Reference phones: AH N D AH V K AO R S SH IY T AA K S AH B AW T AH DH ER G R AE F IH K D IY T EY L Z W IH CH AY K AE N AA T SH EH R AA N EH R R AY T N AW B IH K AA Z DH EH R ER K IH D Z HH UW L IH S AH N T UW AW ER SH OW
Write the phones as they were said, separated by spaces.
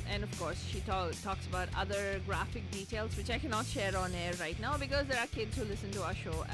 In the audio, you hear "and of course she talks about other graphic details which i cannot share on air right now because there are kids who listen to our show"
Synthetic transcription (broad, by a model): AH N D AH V K AO R S SH IY T AA K S AH B AW T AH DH ER G R AE F IH K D IY T EY L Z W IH CH AY K AE N AA T SH EH R AA N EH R R AY T N AW B IH K AA Z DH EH R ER K IH D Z HH UW L IH S AH N T UW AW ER SH OW